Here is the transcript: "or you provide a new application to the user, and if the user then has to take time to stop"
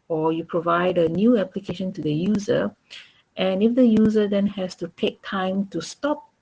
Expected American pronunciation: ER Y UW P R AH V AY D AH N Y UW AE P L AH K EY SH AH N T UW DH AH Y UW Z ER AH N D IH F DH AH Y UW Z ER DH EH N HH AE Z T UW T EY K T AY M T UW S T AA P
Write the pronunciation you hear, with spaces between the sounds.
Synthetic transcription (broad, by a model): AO Y UW P R AH V AY D AH N Y UW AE P L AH K EY SH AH N T UW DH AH Y UW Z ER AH N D IH F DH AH Y UW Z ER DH EH N HH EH S T UW T EY K T AY M T UW S T AA P